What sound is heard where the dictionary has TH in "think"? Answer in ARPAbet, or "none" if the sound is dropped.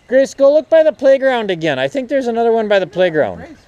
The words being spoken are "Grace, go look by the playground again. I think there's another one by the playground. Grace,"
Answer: TH